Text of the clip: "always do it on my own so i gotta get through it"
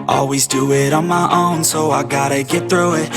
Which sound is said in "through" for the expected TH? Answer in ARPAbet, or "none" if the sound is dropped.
TH